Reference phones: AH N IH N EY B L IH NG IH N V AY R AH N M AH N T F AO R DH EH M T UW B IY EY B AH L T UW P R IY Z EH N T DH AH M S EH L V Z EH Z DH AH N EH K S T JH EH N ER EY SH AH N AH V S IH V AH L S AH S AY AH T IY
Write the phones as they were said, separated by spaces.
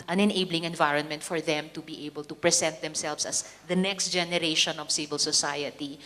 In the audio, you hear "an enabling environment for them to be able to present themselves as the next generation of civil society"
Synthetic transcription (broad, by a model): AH N IH N EY B L IH NG IH N V AY R AH N M AH N T F AO R DH EH M T UW B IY EY B AH L T UW P R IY S EH N T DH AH M S EH L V S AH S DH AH N EH K S T JH EH N ER EY SH AH N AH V S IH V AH L S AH S AY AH T IY